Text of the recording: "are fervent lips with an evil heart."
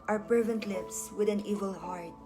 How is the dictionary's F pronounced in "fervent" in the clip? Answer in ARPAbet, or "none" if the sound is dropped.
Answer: P